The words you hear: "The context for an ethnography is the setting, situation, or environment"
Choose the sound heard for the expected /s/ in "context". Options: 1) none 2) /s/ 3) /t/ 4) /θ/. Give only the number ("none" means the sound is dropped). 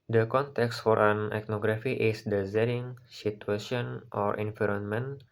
2